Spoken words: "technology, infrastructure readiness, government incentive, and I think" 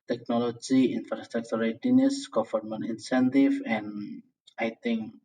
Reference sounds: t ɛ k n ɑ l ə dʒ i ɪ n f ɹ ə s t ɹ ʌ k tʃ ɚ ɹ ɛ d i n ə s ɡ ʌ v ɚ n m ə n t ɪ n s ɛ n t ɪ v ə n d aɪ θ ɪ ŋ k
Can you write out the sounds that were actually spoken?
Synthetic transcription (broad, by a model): t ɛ k n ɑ l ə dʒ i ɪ n f ɹ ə s t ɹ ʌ k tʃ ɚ ɹ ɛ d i n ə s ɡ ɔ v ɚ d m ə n ɪ n s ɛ n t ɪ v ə n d aɪ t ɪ ŋ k